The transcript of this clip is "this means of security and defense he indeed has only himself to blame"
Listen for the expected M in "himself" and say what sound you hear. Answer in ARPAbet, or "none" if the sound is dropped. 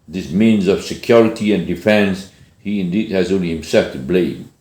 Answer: M